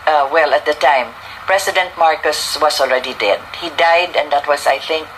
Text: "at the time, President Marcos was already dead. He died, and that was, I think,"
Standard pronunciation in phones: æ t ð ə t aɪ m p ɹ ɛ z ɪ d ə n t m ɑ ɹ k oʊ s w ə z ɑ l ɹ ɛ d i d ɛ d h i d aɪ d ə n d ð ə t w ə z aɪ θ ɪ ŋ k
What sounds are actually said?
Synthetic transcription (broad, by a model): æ t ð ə t aɪ m p ɹ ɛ s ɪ d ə n t m ɑ ɹ k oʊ s w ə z ɑ l ɹ ɛ d i d ɛ d h i d aɪ d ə n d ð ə t w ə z aɪ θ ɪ ŋ k